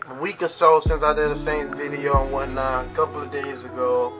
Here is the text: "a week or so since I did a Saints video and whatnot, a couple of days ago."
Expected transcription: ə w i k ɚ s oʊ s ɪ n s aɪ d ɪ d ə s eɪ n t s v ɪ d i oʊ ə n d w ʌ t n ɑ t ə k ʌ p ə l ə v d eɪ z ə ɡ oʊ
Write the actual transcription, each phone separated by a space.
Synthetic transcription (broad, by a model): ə w i k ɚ s oʊ s ɪ n s aɪ d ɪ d ə s eɪ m v ɪ d i oʊ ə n w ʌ n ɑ ə k ʌ p l ə v d eɪ z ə ɡ oʊ